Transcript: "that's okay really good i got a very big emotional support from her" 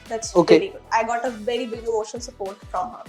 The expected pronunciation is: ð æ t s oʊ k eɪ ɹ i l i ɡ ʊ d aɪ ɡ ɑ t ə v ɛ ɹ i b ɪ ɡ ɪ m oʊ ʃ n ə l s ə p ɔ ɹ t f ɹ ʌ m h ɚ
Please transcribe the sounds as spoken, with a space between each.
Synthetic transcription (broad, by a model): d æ t s oʊ k eɪ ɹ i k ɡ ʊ aɪ ɡ ɑ t ə v ɛ ɹ i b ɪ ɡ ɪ oʊ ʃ ə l s ə p ɔ ɹ t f ɹ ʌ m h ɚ